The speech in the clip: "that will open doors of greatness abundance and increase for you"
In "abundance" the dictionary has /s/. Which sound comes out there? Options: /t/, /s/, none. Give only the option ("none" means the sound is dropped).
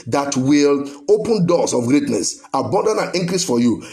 none